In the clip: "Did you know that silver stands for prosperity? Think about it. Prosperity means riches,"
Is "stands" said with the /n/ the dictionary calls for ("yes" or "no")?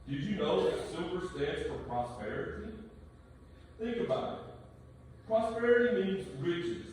no